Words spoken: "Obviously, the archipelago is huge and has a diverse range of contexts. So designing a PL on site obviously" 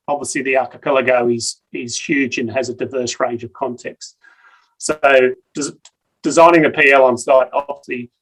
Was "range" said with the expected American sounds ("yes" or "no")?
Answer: yes